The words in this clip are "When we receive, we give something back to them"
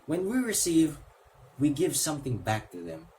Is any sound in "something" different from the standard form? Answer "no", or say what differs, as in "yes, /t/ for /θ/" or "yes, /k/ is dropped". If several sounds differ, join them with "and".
no